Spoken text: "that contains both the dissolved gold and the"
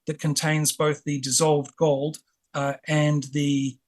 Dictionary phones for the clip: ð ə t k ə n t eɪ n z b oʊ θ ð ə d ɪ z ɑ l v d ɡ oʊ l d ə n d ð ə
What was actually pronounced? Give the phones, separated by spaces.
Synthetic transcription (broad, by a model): ð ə t k ə n t eɪ n z b oʊ θ ð ə d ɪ z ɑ l v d ɡ oʊ l d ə n ð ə